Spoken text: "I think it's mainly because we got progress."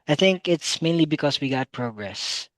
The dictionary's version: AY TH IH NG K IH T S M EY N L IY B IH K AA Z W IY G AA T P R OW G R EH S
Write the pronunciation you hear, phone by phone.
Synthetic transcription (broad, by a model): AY TH IH NG K IH T S M EY N L IY B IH K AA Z W IY G AA T P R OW G R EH S